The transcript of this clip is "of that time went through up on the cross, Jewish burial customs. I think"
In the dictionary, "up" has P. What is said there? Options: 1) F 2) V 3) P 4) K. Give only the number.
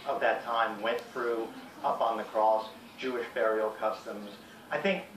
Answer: 3